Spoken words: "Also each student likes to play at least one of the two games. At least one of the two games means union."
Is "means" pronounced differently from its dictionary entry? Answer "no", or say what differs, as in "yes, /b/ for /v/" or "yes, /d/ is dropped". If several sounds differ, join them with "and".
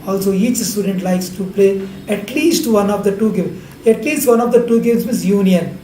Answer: yes, /n/ is dropped